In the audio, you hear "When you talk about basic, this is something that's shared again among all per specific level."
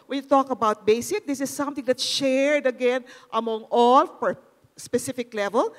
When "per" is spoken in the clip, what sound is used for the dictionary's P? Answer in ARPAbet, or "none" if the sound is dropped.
F